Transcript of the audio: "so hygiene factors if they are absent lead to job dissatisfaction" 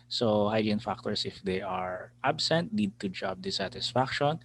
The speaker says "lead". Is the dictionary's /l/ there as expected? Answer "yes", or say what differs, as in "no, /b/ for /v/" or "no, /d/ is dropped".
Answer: no, /n/ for /l/